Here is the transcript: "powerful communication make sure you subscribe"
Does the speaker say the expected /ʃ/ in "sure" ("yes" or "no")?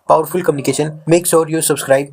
no